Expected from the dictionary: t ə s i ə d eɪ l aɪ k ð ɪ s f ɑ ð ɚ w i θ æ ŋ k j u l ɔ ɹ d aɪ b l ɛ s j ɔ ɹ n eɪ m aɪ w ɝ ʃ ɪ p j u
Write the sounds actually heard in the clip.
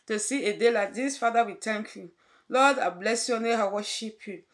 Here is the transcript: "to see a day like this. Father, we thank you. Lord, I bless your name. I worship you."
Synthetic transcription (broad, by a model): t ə s i ə d eɪ l aɪ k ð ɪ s f ɑ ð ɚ w i t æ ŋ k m l ɔ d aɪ b l ɛ s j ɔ n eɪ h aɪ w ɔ ʃ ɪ p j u